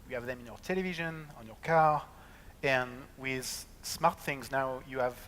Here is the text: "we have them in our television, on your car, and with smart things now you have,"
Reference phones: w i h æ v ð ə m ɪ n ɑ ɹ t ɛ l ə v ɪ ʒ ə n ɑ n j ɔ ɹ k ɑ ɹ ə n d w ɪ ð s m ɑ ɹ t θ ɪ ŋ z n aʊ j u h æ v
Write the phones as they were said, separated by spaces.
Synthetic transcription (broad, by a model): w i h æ v ð ə m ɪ n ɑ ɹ t ɛ l ə v ɪ ʒ ə n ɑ n j ɔ ɹ k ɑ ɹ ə n w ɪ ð s m ɑ ɹ t θ ɪ ŋ z n aʊ j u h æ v